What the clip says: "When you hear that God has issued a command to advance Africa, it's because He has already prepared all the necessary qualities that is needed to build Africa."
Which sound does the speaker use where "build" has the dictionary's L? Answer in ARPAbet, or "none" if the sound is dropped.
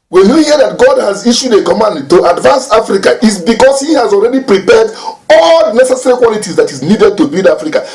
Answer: none